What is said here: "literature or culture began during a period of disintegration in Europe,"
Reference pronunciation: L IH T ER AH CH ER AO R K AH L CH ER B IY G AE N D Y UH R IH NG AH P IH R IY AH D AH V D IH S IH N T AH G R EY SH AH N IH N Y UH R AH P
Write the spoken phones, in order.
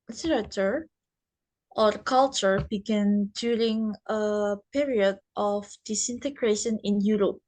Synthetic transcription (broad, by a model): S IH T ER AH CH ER AO R K AH L CH ER B IY G AE N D Y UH R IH NG AH P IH R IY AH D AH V D IH S IH N T AH G R EY SH AH N IH N Y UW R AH P